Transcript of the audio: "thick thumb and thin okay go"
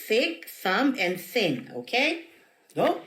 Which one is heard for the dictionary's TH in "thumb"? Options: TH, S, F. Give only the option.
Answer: S